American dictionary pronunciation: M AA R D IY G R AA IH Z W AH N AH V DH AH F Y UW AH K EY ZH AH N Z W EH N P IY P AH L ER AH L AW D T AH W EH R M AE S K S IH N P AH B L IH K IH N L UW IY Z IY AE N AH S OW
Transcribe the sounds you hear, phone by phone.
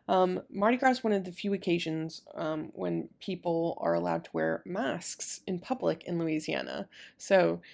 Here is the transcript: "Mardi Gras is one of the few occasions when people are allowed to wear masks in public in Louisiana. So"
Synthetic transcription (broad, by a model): M AA R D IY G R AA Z W AH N AH V DH AH F Y UW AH K EY ZH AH N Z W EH N P IY P L ER AH L AW D T AH W EH R M AE S K S IH N P AH B L IH K IH N L UW IY Z IY AE N AH S OW